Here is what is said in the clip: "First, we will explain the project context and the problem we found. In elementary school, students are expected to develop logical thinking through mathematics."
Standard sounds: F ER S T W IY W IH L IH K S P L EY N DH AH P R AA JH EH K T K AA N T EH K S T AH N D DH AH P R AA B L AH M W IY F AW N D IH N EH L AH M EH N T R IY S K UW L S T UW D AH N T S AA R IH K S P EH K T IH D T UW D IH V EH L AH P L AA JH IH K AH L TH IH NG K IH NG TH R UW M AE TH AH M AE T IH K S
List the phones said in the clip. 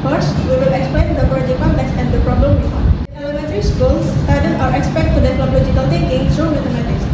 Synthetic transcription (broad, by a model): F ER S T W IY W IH L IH K S P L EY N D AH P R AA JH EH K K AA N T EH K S AH N D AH P R AA B L AH M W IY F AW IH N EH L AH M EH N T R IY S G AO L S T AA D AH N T AA R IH K S P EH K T T UW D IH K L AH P L AA JH IH K AH L T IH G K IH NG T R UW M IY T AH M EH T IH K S